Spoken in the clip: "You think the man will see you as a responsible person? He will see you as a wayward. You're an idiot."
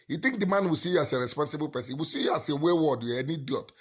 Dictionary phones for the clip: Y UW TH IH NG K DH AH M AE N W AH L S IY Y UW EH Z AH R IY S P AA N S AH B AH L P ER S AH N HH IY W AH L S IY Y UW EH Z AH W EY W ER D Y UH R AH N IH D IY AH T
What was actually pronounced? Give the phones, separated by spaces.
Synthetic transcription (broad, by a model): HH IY T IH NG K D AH M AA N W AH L S IY Y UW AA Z AH R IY S P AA N S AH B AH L P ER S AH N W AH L S IY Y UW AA S AH W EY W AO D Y AH N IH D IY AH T